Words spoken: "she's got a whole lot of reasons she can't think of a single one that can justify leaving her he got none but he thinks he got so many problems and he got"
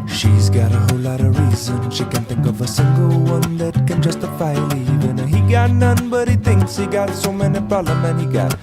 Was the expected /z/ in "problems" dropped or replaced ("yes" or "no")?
yes